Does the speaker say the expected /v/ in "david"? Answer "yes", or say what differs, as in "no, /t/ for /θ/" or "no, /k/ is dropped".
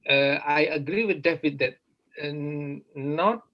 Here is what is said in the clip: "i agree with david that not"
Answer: no, /f/ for /v/